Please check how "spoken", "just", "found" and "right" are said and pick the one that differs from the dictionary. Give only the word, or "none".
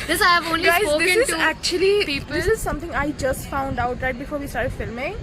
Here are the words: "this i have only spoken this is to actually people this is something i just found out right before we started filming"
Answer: spoken